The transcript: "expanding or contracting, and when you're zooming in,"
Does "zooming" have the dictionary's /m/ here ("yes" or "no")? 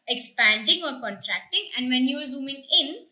yes